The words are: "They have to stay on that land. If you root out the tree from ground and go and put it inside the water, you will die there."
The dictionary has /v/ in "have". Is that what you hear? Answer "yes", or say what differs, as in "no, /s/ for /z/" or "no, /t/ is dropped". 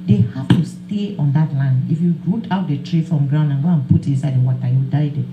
no, /f/ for /v/